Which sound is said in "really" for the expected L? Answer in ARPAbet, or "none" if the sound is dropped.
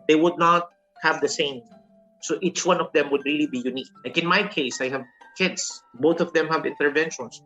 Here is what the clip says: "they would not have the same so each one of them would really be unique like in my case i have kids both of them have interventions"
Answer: L